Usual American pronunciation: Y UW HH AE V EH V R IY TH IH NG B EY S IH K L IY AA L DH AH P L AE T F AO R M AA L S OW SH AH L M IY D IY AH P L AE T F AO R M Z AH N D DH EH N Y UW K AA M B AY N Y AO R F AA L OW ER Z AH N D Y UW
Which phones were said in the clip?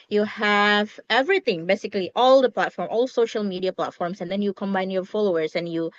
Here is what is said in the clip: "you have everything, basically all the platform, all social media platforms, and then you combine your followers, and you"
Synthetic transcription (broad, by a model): Y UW HH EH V EH V R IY T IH NG B EY S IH K L IY AA L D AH P L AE T F AO R M AA L S OW SH AH L M IY D IY AH P L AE T F AO R M S AH N D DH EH N Y UW K AA M B AY N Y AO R F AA L OW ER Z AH N Y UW